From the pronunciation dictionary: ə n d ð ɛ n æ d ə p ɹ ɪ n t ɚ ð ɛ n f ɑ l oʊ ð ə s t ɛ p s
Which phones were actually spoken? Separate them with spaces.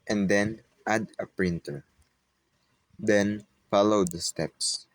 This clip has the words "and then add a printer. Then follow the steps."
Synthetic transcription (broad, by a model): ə n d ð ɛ n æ d ə p ɹ ɪ n t ɚ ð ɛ n f ɑ l oʊ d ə s t ɛ p s